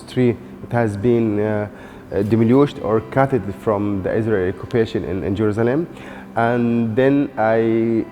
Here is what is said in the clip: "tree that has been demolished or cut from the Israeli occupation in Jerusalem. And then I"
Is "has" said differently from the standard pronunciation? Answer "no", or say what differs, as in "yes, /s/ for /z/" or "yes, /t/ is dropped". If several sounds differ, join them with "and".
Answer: no